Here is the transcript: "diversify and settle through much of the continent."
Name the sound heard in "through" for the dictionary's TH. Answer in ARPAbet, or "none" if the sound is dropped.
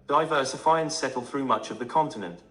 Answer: TH